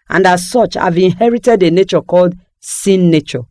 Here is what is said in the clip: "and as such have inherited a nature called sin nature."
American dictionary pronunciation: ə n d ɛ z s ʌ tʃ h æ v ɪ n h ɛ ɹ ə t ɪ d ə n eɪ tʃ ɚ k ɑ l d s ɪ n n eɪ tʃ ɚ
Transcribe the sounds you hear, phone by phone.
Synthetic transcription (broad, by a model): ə n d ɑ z s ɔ tʃ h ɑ v ɪ n h ɛ ɹ ə t ɪ d ə n eɪ tʃ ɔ k ɑ l d s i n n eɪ tʃ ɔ